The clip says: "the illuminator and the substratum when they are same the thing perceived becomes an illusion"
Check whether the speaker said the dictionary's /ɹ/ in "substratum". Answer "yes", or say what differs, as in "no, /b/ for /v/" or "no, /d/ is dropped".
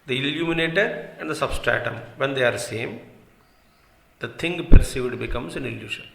yes